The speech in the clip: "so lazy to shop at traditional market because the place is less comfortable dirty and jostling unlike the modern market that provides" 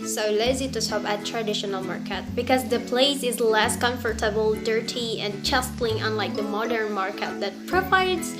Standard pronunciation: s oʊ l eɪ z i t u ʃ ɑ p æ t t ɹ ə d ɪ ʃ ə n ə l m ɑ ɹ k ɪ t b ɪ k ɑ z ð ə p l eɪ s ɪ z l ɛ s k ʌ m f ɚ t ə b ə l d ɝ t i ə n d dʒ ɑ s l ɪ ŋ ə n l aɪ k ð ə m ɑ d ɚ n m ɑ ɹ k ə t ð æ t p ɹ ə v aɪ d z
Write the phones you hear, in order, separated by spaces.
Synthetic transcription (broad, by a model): s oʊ l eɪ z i t u s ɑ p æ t t ɹ ə d ɪ ʃ ə n ə l m ɑ ɹ k ɪ t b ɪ k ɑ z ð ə p l eɪ s ɪ z l ɛ s k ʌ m f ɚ t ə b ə l d ɝ t i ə n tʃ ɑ s l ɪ ŋ ə n l aɪ k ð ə m ɑ d ɚ n m ɑ ɹ k ə t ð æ t p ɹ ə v aɪ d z